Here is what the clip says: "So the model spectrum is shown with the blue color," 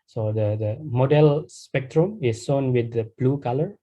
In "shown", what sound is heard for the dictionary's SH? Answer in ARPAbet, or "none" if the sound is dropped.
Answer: S